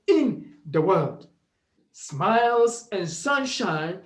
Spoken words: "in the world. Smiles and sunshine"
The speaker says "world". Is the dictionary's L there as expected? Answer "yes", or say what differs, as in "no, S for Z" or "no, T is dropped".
yes